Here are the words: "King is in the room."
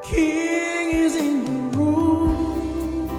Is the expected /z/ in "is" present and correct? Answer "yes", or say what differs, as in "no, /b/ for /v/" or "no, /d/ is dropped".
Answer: yes